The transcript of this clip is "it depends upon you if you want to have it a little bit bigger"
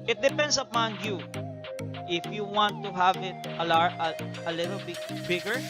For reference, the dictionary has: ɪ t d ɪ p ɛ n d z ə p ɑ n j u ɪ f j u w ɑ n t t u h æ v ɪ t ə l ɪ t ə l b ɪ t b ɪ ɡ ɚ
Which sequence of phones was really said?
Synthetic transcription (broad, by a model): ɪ t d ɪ p ɛ n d s ə p ɑ n j u ɪ f j u w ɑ n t t u h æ v ɪ t ə l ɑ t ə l b ɪ t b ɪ ɡ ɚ